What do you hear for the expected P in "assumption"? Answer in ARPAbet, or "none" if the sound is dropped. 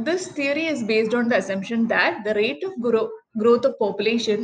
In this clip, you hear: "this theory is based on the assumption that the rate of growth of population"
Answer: P